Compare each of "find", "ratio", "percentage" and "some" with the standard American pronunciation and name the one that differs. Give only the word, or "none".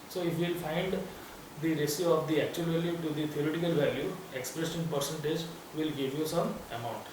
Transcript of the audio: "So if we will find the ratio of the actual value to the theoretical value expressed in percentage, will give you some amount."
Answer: ratio